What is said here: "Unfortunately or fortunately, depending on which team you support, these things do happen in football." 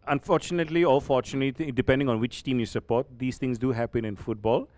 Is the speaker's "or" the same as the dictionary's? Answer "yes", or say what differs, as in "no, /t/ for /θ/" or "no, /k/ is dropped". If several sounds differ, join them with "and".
no, /l/ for /ɹ/